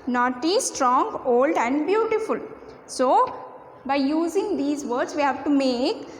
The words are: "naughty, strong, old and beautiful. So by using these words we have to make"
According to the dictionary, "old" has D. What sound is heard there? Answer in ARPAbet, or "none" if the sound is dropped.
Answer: D